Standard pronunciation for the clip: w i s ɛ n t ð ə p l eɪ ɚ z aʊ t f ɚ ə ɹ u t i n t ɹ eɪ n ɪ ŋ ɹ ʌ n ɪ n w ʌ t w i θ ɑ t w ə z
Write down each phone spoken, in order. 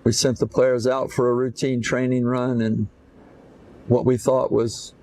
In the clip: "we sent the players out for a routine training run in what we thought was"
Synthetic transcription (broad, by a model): w i s ɛ n ð ə p l eɪ ɚ z aʊ t f ɚ ə ɹ u t i n t ɹ eɪ n ɪ ŋ ɹ ʌ n ɪ n w ʌ t w i θ ɑ t w ə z